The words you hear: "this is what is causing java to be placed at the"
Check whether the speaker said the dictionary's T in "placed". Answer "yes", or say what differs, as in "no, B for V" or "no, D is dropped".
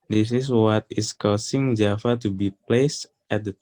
yes